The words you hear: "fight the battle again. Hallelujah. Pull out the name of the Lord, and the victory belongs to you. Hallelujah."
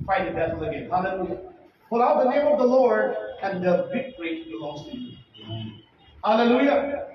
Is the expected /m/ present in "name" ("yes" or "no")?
yes